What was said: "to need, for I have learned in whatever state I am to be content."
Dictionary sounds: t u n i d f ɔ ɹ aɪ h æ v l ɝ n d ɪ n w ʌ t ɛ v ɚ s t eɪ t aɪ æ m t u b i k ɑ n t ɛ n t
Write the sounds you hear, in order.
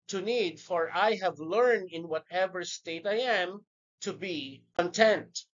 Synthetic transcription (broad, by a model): t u n i d f ɔ ɹ aɪ h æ v l ɝ n d ɪ n w ʌ t ɛ v ɚ s t eɪ t aɪ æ m t u b i k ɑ n t ɛ n t